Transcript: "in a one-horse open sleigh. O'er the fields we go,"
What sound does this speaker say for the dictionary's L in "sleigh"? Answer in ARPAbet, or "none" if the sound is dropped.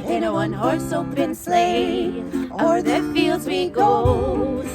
L